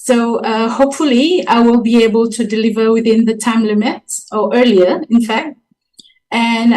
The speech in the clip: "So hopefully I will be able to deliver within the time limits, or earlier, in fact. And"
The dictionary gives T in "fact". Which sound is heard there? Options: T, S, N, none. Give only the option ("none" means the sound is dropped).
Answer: T